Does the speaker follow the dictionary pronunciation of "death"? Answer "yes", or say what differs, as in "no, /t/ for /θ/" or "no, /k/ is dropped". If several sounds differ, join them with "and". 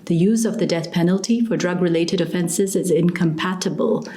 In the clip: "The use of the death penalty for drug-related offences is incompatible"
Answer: yes